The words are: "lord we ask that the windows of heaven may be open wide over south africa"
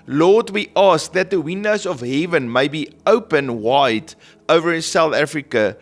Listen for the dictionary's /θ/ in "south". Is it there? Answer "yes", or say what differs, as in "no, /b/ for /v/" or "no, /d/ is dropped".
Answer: yes